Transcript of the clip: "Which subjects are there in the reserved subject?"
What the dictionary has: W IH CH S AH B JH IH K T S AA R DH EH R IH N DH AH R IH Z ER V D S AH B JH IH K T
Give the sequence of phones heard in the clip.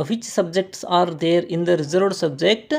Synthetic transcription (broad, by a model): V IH CH S AH B JH IH K T S AA R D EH R IH N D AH R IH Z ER D S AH B JH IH K T